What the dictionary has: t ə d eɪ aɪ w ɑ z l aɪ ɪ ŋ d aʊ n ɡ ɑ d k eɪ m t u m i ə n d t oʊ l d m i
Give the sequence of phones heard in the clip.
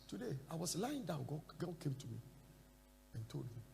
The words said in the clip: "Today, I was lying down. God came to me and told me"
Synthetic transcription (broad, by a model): t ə d eɪ aɪ w ɑ s l aɪ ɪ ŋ d aʊ n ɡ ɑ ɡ k eɪ m t u m i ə n t oʊ l d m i